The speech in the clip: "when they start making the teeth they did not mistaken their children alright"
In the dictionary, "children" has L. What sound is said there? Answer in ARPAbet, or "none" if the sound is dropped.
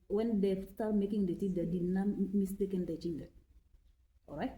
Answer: N